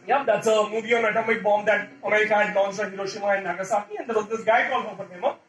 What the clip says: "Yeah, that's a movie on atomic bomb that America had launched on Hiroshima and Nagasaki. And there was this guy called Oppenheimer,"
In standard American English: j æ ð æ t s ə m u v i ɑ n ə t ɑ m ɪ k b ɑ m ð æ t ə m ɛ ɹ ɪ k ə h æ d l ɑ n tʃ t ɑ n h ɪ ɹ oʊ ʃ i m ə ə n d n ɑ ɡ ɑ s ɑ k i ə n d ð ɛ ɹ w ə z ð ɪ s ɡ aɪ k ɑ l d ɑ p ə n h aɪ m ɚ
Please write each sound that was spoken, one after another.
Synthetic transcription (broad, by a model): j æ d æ t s ə m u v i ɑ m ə t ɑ m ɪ k b ɑ m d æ t ə m ɛ ɹ ɪ k ə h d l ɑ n s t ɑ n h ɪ ɹ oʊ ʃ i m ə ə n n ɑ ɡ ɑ s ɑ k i ə n d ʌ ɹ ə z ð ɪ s ɡ aɪ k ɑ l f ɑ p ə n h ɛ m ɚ